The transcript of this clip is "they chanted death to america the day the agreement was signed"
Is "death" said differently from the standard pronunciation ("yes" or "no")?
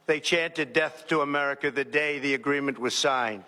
no